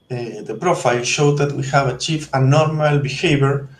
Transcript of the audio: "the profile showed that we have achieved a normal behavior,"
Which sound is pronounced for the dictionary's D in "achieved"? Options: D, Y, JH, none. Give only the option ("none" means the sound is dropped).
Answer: none